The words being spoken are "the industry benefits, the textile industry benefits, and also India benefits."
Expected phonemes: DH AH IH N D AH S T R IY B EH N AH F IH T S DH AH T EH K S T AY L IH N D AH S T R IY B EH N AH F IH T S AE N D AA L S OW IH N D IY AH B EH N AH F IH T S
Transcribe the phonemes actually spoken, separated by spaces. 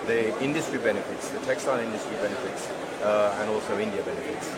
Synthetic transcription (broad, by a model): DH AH IH N D AH S T R IY B EH N AH F IH T S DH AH T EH K S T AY N IH N D AH S T R IY B EH N AH F IH T S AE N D AA L S OW IH N D IY AH B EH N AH F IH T S